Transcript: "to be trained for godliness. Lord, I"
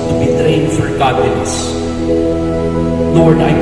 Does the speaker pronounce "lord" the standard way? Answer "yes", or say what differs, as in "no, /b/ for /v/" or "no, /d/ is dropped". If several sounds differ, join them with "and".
no, /n/ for /l/